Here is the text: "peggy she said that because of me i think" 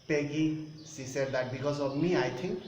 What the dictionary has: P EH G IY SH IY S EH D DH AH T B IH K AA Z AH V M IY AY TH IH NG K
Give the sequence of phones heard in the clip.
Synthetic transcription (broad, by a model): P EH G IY S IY S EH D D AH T B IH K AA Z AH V M IY AY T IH NG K